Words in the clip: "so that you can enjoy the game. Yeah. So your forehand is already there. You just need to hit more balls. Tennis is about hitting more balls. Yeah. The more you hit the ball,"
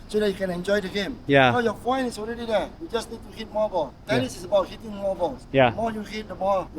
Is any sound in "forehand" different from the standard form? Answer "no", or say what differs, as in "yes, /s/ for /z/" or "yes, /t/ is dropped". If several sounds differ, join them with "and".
yes, /d/ is dropped